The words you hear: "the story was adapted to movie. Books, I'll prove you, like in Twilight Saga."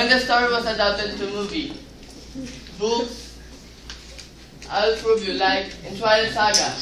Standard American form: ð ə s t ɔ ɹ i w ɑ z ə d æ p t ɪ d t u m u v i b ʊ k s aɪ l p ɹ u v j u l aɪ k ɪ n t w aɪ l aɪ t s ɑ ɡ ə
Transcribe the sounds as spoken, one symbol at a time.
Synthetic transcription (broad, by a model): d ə s t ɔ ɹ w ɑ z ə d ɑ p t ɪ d t u m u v i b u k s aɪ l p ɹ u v j u l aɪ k ɪ n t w aɪ aɪ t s ɑ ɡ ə